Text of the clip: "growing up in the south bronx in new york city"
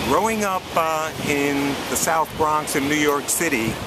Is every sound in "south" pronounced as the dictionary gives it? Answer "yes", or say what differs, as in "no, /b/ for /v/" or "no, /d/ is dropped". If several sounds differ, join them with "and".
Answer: yes